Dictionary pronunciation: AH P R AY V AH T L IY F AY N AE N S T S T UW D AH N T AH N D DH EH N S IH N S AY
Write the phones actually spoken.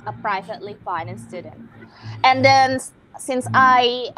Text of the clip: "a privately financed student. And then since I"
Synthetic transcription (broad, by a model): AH P R AY V AH T L IY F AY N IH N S S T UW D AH N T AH N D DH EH N S IH N S AY